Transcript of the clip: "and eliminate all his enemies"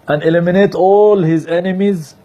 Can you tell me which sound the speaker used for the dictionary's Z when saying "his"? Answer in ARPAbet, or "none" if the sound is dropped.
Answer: Z